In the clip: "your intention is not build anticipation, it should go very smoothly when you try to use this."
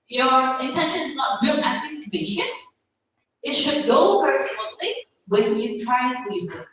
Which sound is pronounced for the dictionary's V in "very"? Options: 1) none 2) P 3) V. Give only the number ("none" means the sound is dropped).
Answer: 2